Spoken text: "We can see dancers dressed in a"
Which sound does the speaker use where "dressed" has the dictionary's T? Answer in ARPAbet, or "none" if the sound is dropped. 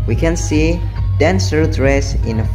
none